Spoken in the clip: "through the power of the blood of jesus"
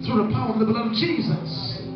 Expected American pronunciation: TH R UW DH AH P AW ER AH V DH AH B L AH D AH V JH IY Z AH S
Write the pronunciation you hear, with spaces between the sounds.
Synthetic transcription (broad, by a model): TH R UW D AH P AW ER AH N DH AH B AH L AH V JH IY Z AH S